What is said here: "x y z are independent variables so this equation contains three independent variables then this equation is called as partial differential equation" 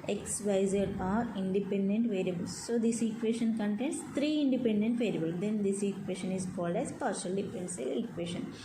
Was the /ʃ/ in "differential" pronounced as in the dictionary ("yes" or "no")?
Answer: no